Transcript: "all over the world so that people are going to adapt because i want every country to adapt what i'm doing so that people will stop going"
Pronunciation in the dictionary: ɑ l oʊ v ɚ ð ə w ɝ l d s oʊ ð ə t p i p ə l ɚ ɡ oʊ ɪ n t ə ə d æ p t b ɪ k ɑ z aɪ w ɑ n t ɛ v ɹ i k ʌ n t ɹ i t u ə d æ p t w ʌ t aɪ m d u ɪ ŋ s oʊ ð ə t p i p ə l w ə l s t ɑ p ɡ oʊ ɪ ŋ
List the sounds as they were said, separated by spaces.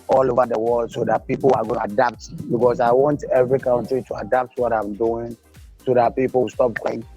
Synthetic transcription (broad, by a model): ɑ l oʊ v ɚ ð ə w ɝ l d s oʊ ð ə t p i p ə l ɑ ɡ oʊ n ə d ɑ p t b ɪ k ɑ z aɪ w ɑ n t ɛ v ɹ i k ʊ n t ɹ i t u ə d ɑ p t w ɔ t aɪ m d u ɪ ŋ s oʊ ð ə t p i p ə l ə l s t ɑ p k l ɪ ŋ